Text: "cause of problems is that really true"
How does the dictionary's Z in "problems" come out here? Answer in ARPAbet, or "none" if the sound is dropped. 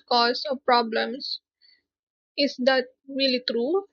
S